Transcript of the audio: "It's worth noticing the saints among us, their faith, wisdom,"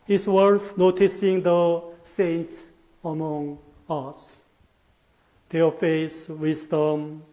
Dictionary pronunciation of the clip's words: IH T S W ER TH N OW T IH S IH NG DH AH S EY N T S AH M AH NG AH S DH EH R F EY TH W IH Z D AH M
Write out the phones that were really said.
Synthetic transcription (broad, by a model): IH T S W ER S N OW T IH S IH NG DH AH S EY N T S AH M AH NG AH S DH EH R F EY S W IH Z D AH M